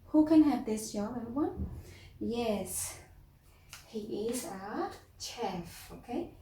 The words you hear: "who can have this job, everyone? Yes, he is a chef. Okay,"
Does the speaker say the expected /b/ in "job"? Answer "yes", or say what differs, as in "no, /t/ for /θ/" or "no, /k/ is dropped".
no, /b/ is dropped